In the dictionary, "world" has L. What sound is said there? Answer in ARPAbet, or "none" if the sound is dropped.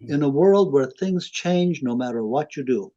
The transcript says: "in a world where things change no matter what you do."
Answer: L